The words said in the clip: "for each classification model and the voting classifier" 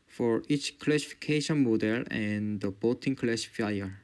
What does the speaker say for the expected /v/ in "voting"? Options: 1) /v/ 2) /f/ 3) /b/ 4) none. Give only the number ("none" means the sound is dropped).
3